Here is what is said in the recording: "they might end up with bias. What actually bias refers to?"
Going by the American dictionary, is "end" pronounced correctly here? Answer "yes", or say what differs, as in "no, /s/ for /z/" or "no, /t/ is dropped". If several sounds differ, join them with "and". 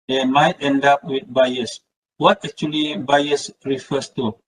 yes